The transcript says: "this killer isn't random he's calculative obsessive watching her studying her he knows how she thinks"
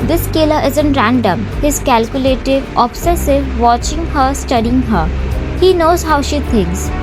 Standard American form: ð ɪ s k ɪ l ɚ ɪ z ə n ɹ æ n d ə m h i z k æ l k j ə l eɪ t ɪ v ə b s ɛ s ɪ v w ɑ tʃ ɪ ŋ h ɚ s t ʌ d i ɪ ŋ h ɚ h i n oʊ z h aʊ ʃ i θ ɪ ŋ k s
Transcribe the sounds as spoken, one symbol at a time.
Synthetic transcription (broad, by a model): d ɪ s k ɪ l ɚ ɪ z ə n ɹ æ n d ə m h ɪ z k æ l k j ə l eɪ t ɪ v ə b s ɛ s ɪ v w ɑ tʃ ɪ ŋ h ɚ s t ʌ d i ɪ ŋ h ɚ h i n oʊ z h aʊ ʃ i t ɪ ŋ k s